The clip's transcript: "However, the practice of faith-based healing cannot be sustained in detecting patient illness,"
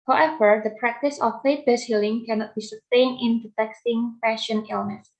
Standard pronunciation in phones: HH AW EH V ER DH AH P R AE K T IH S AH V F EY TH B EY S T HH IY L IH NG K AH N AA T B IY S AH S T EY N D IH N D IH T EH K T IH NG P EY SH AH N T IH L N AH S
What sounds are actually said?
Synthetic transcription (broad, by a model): HH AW EH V ER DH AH P R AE K T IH S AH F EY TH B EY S HH IY L IH NG K AH N AA T B IY S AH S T EY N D IH N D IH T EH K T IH NG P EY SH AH N IH L N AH S